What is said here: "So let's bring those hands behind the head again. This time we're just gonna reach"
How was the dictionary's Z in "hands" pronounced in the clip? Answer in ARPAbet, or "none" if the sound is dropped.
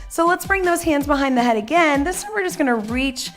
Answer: Z